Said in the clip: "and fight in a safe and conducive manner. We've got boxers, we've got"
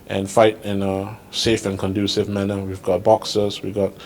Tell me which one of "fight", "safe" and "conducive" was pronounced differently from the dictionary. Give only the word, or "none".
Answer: none